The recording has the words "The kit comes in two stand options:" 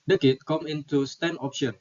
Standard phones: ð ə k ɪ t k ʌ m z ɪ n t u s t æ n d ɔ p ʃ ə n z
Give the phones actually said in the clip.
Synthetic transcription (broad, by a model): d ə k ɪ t k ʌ m ɪ n t u s t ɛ n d ɔ p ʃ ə n